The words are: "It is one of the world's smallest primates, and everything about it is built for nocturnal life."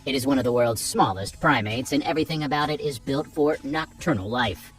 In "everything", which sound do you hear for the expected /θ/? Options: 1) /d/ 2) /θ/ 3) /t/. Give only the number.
2